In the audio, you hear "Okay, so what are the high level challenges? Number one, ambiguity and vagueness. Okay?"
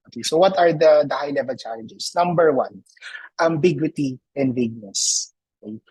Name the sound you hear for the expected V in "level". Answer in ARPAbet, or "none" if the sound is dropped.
V